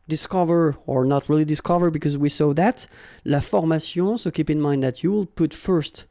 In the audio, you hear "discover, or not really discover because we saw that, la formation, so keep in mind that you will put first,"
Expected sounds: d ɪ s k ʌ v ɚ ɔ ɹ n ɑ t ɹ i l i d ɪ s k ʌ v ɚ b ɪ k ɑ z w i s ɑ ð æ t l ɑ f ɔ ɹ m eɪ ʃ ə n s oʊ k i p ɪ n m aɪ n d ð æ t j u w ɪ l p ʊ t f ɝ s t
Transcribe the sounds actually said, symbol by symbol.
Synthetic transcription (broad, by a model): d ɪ s k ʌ v ɚ ɔ ɹ n ɑ t ɹ i l i d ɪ s k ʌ v ɚ b ɪ k ɑ z w i s ɑ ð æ t l ɑ f ɔ ɹ m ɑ s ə s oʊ k i p ɪ n m aɪ n d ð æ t j u w ɪ l p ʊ t f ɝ s t